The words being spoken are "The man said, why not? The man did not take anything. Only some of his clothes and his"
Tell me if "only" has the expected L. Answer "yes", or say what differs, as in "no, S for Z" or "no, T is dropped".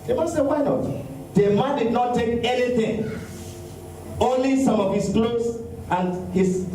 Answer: yes